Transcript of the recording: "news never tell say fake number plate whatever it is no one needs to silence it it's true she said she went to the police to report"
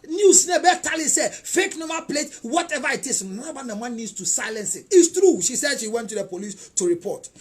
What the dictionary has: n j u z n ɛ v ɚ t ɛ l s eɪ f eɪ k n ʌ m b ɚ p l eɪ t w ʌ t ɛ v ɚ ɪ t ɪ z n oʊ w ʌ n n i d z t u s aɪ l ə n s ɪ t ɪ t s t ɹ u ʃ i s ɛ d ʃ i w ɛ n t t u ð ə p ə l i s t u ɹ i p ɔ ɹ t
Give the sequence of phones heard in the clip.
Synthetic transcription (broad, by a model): n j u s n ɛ b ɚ t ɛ l s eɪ f eɪ k n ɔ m ɑ p l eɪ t w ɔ t ɛ v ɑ ɪ t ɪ s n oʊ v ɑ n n i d s t u s aɪ l ə n s ɪ t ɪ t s t ɹ u ʃ i s ɛ d ʃ i w ɛ n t t u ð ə p ə l i s t u ɹ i p ɔ t